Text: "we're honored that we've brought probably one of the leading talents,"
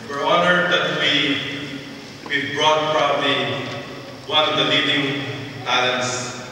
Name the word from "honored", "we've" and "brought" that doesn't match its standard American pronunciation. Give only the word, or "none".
we've